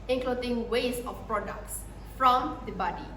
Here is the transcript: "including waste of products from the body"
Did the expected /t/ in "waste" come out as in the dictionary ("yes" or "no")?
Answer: no